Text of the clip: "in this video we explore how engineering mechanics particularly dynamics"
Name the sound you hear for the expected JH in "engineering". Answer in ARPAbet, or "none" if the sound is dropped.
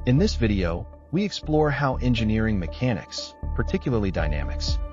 JH